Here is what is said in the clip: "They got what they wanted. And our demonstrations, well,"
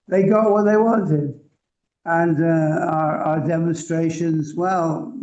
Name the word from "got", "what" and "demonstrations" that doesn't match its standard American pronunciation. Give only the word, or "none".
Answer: none